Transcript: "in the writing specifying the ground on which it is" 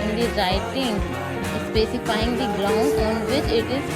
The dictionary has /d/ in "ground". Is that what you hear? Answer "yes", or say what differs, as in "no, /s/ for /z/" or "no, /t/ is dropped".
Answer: no, /d/ is dropped